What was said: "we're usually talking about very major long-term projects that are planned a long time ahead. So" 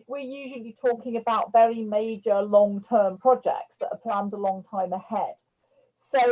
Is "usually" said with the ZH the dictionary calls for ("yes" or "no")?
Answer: yes